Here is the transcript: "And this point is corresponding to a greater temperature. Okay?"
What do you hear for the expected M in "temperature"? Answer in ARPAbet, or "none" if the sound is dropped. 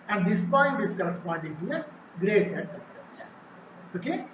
none